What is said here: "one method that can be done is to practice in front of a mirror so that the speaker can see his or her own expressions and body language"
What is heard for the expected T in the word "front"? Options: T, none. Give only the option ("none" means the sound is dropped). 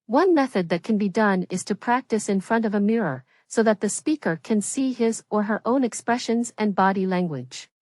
T